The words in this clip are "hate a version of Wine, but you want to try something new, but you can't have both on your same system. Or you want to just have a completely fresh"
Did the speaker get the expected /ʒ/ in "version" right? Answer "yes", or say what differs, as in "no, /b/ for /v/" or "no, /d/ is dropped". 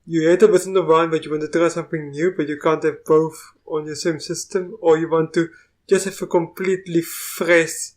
no, /s/ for /ʒ/